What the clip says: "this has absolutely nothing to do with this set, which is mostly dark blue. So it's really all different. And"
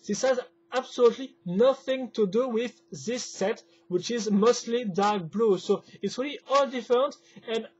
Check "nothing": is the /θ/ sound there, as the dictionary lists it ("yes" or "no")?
yes